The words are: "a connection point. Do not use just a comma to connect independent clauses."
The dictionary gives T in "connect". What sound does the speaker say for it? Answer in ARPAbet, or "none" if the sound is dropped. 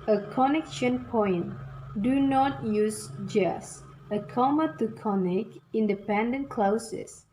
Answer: none